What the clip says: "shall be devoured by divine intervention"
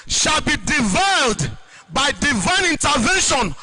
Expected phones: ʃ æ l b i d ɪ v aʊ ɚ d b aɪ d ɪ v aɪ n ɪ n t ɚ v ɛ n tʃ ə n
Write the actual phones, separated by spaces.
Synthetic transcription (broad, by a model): ʃ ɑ l b i d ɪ v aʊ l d b aɪ d ɪ v aɪ n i n t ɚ v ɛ n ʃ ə n